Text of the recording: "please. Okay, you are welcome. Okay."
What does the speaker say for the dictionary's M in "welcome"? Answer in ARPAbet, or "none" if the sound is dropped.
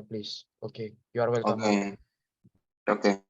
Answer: none